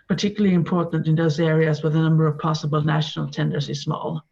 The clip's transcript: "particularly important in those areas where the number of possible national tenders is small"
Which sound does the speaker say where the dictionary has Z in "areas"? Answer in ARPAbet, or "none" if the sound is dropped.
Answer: Z